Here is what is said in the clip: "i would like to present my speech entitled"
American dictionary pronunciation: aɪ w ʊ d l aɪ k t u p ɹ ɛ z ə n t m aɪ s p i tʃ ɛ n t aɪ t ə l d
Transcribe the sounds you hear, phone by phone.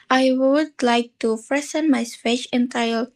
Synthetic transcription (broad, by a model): aɪ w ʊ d l aɪ k t u f ɹ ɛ s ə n m aɪ s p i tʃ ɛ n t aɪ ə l